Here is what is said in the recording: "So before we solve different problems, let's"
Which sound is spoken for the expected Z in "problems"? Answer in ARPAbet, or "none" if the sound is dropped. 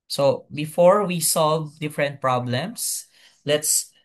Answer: S